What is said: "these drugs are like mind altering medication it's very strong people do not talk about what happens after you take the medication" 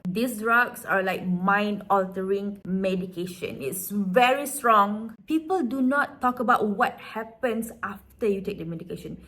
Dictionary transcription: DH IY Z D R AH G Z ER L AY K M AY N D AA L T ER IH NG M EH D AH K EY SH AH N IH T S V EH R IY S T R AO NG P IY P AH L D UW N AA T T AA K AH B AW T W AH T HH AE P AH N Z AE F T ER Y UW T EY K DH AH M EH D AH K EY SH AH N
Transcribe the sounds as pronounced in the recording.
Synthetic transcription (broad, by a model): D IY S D R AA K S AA L AY K M AY N D AA L T ER IH NG M EH D AH K EY SH AH N IH T S V EH R IY S T R AO NG P IY P AH L D UW N AA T T AA K AH B AW T W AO T HH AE P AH N S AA F T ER Y UW T EY K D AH M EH D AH K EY SH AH N